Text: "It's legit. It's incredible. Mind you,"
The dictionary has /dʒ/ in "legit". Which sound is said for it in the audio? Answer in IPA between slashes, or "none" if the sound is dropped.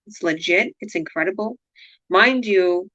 /dʒ/